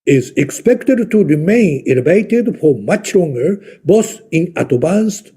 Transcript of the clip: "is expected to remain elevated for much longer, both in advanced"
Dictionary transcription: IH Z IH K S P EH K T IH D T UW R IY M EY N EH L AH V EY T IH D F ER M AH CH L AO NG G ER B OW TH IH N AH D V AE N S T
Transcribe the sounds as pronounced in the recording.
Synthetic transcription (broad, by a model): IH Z IH K S P EH K T IH D T UW R IY M EY N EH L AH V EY T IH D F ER M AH CH L AO NG G ER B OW S IH N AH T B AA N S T